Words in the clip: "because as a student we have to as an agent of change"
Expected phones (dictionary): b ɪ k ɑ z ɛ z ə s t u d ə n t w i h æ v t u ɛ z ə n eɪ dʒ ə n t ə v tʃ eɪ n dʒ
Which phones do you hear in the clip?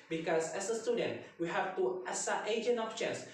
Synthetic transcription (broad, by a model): b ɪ k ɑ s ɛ s ə s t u d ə n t w i h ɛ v t u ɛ s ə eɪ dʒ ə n ə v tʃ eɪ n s